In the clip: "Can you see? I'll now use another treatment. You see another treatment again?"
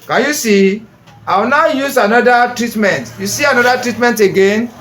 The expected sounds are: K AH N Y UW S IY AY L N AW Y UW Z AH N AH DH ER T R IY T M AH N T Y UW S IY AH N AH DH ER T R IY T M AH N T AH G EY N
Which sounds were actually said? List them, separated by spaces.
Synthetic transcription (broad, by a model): K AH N Y UW S IY AY W N AW Y UW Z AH N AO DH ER T R IY T M AH N T Y UW S IY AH N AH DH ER T R IY T M AH N T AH G EY N